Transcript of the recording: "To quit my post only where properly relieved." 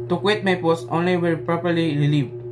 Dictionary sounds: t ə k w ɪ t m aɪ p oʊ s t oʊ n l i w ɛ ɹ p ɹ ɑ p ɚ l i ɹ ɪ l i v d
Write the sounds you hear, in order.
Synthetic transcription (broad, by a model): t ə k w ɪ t m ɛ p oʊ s oʊ n l i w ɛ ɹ p ɹ ɑ p ɚ l i ɹ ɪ l i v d